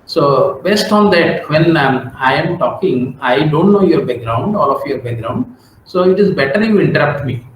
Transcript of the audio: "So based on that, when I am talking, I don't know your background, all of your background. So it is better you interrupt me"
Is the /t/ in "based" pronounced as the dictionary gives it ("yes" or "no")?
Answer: yes